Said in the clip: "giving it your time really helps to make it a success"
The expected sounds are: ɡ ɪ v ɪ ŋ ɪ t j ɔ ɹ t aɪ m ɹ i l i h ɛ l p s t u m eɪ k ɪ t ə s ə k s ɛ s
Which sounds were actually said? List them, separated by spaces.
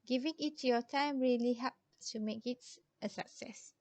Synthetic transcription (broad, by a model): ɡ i v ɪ ŋ ɪ t j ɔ t aɪ m ɹ i l i h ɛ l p t u m eɪ k ɪ t ə s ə k s ɛ s